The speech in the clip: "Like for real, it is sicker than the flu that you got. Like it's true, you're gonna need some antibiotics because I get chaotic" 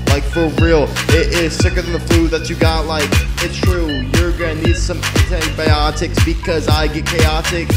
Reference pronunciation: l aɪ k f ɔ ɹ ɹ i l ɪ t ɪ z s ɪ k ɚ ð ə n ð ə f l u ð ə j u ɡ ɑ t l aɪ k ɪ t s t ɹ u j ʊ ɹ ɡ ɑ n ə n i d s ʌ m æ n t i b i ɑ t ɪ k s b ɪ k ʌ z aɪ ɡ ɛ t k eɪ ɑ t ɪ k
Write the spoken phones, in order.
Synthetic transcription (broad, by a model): l aɪ k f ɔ l ɹ i l ɪ t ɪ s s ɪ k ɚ ð ə n ð ə f l u ð ə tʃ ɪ ɡ ɑ t l aɪ k ɪ t s t ɹ u j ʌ ɹ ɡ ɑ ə n i d s ʌ m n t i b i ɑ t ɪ k s b ɪ k ʌ z aɪ ɡ ɛ t k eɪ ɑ t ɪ k